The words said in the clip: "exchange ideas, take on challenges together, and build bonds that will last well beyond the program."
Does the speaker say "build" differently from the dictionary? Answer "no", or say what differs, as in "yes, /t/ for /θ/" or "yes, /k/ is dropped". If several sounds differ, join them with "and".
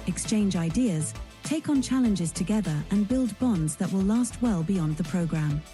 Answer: no